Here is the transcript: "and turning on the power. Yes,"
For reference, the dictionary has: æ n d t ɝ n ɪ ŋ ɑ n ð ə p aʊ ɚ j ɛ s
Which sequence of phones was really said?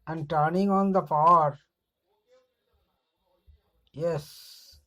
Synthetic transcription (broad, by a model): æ n d t ɝ n ɪ ŋ ɑ n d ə f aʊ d j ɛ s